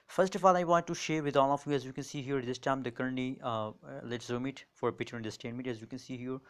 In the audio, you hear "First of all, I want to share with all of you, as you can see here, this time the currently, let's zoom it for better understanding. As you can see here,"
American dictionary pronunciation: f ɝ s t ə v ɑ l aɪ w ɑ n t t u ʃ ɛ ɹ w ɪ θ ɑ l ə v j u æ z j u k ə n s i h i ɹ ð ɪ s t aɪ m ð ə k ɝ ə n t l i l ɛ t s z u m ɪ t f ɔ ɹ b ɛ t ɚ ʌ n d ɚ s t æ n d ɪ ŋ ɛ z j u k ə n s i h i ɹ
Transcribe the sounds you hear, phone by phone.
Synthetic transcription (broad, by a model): f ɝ s t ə f ɑ l aɪ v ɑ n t t u ʃ ɛ ɹ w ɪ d ɑ l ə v j u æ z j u k ə n s i h i ɹ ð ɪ s t aɪ m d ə k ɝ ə t n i l ɛ t s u m ɪ t f ɔ ɹ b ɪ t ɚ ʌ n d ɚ s t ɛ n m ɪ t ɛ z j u k ə n s i h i ɹ